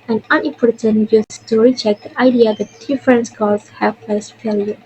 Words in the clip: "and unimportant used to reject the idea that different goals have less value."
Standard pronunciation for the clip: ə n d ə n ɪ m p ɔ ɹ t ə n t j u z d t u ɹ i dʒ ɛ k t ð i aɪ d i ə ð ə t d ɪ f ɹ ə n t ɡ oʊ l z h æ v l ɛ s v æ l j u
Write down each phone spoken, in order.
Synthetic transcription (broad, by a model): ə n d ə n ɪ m p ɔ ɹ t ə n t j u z t u ɹ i tʃ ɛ k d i aɪ d i ə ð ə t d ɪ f ɹ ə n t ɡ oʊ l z h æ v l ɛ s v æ l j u